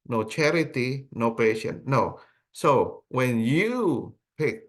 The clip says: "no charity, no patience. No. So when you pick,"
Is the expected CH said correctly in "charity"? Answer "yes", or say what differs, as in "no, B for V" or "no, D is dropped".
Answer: yes